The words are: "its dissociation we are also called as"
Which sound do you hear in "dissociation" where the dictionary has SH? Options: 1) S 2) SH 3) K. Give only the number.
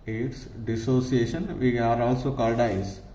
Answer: 2